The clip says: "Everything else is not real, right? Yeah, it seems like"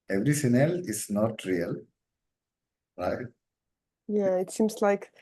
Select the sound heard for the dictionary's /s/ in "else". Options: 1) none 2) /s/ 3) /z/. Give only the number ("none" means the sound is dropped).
1